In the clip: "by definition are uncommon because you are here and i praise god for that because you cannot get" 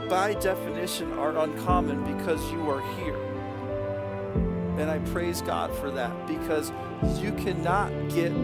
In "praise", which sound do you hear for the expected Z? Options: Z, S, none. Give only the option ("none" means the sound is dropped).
Z